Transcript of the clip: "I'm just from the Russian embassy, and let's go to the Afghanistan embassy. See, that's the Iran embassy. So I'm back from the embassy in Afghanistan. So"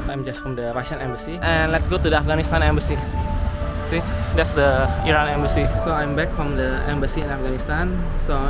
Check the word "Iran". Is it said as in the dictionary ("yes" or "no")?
yes